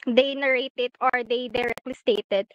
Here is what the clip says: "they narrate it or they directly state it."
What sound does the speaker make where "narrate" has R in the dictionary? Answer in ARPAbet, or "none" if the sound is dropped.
R